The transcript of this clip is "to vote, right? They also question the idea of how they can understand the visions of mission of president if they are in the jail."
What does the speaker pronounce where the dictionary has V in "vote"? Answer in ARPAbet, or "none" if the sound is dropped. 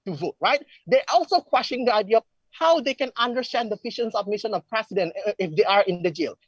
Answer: V